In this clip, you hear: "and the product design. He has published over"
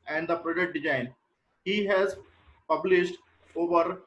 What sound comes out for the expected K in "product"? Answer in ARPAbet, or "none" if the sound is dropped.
none